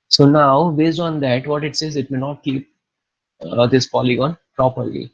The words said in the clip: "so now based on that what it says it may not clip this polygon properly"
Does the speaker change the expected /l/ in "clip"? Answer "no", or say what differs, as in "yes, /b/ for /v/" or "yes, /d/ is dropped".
yes, /l/ is dropped